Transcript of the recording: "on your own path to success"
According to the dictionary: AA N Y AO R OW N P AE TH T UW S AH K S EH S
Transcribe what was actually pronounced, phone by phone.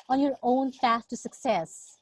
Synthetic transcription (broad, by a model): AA N Y AO R OW N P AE S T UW S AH K S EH S